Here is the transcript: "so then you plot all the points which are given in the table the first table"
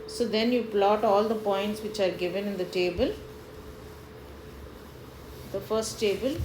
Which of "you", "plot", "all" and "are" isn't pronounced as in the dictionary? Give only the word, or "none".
none